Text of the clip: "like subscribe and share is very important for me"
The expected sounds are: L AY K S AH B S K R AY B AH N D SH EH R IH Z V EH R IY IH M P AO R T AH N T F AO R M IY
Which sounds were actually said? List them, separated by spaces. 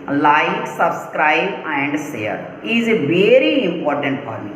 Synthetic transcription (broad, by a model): L AY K S AH B S K R AY B AH N D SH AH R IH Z V EH R IY IH M P AO R T AH N T F AO R M IY